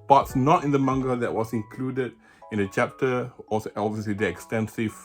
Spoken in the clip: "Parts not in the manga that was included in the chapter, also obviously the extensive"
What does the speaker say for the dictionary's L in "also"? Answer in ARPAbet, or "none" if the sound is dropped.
none